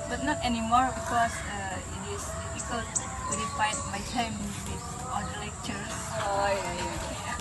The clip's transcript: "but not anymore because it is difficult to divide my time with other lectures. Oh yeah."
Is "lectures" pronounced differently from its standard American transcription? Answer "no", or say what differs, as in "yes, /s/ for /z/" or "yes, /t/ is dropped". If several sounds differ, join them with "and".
yes, /z/ is dropped